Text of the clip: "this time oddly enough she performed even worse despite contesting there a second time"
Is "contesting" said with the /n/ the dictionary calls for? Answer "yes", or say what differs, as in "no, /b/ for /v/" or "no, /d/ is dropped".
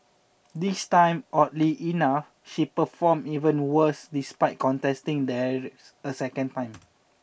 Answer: yes